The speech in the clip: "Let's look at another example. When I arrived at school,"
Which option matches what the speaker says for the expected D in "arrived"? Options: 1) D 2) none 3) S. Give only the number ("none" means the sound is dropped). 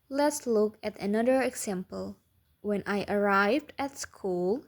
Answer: 1